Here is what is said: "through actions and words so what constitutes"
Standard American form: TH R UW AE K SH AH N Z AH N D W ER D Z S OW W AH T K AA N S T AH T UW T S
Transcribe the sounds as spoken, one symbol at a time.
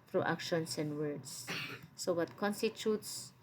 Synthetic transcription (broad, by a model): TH R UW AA K SH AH N S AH N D W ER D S S OW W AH T K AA N S T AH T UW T S